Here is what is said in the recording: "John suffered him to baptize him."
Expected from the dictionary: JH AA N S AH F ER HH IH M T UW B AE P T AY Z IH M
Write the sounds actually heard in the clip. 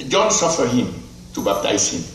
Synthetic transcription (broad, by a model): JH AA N S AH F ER HH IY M T UW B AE T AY S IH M